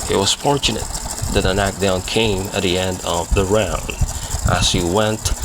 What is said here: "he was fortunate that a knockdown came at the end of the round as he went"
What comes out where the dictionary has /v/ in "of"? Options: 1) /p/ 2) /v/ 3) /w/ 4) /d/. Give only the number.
2